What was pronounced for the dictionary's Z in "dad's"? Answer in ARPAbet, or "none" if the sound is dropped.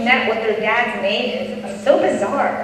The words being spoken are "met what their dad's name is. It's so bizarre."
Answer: Z